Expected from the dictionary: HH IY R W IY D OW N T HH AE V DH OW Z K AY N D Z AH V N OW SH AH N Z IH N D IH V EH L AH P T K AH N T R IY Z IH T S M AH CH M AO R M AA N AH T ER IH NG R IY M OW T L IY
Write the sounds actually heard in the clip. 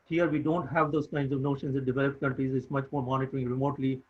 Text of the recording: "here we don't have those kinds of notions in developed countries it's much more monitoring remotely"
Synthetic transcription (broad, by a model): HH IY R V IY D OW N T HH AE V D OW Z K AY N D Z AH V N OW SH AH N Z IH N D IH V EH L AH P T K AH N T R IY Z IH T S M AH CH M AO R M AA N AH T ER IH NG R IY M OW T L IY